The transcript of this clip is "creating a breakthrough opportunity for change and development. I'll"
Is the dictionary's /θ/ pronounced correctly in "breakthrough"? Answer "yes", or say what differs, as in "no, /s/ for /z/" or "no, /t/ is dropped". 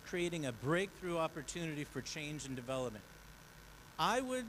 yes